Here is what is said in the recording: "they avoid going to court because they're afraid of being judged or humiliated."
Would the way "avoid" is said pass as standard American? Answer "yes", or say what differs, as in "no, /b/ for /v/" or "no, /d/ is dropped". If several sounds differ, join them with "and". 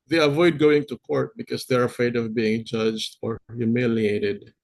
yes